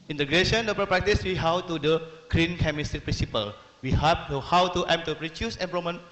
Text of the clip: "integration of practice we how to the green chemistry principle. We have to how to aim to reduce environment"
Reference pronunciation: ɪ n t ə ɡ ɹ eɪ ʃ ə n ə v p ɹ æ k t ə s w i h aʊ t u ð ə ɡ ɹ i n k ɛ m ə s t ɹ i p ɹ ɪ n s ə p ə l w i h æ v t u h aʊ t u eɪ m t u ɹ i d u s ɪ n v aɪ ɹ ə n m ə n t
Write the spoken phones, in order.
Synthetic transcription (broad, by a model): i n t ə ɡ ɹ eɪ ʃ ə n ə p p ɹ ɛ k t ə s w i h aʊ t u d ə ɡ ɹ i n k ɛ m ə s t ɹ i p ɹ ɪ n s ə p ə l w i h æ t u h aʊ t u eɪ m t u ɹ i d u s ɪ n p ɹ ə m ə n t